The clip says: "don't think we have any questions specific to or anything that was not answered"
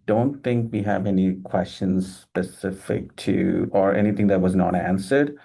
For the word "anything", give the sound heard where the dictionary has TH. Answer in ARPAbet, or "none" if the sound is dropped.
T